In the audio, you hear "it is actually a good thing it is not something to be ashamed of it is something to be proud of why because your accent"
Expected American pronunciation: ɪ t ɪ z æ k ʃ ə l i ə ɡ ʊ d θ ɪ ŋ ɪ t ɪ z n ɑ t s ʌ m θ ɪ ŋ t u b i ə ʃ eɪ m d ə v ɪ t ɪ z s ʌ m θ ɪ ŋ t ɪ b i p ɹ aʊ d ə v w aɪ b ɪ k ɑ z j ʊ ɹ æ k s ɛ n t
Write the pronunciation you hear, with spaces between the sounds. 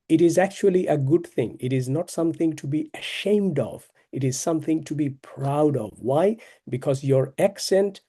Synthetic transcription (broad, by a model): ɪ t ɪ z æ k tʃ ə l i ə ɡ ʊ d θ ɪ ŋ ɪ t ɪ z n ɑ t s ʌ m θ ɪ ŋ t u b i ə ʃ eɪ m d ə v ɪ t ɪ z s ʌ m θ ɪ ŋ t ɪ b i p ɹ aʊ d ə v w aɪ b ɪ k ɑ z j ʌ ɹ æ k s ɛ n t